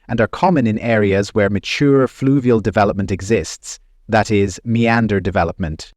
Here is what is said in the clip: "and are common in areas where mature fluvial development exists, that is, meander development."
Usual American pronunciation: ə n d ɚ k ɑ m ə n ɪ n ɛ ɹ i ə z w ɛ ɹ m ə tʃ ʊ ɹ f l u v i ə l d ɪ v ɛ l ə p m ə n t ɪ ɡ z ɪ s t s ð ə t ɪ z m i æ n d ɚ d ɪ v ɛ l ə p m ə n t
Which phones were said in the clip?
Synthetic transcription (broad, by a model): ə n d ɚ k ɑ m ə n ɪ n ɛ ɹ i ə z w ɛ ɹ m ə tʃ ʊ ɹ f l u v i ə l d ɪ v ɛ l ə p m ə n t ɪ ɡ z ɪ s t s ð ə t ɪ z m i æ n d ɚ d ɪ v ɛ l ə p m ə n t